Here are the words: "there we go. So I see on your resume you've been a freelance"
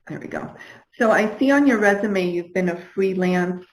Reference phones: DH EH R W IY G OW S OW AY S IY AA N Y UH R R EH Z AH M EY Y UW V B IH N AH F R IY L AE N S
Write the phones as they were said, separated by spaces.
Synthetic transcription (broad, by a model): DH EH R W IY G OW S OW AY S IY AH N Y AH R R EH Z AH M EY Y UW V B IH N AH F R IY L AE N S